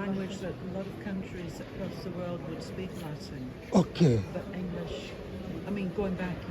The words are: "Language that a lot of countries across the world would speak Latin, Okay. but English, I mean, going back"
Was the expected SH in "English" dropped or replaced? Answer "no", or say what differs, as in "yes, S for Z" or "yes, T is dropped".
no